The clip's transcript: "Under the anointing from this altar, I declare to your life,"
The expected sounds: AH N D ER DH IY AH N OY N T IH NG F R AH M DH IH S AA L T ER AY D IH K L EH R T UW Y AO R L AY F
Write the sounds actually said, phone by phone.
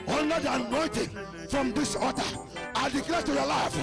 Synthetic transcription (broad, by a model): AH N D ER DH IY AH N OY N T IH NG F R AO M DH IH S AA T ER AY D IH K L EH T UW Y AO L AY F